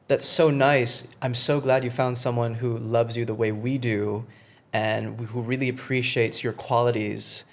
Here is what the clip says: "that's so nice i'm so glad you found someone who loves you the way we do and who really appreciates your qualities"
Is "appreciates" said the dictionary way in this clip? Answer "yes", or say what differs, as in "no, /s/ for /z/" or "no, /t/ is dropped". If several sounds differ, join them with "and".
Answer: yes